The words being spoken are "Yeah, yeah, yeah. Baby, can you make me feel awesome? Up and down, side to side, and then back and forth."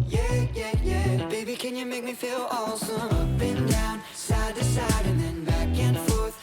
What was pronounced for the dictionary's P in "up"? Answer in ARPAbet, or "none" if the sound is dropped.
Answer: B